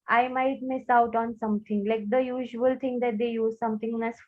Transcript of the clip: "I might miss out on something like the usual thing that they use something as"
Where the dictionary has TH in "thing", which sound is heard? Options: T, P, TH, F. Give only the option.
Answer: T